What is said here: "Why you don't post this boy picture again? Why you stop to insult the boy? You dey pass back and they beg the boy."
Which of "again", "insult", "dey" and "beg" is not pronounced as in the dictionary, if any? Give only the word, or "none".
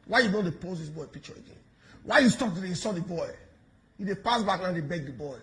insult